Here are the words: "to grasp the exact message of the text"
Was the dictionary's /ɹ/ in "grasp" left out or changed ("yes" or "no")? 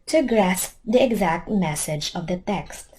no